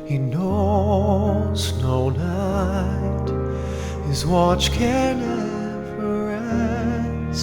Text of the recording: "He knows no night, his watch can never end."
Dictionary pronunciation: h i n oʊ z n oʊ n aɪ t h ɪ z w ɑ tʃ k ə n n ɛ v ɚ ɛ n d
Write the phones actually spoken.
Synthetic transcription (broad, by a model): h i n oʊ z n oʊ n aɪ t h ɪ z w ɑ tʃ k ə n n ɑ f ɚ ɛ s